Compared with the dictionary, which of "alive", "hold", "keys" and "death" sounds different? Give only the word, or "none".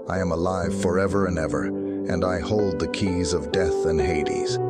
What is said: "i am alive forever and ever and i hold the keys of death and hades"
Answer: none